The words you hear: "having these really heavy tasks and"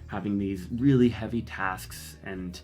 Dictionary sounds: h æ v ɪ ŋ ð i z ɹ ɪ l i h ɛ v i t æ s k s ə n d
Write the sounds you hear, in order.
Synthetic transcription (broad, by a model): h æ v ɪ ŋ ð i z ɹ ɪ l i h ɛ v i t æ s k s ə n